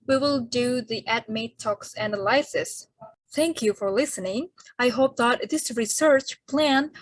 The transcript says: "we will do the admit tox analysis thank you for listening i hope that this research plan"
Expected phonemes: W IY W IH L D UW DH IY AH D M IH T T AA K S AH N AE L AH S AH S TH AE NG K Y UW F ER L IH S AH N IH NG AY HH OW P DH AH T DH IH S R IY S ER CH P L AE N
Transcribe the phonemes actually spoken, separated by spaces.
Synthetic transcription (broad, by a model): W IY W IH L D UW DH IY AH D M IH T T AA K S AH N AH L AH S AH S TH AE NG K Y UW F ER L IH S AH N IH NG AY HH OW P DH AH T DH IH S R IY S ER CH P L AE N